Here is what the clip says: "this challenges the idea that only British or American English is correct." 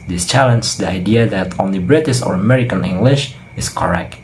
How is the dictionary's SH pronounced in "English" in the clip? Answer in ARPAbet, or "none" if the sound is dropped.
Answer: SH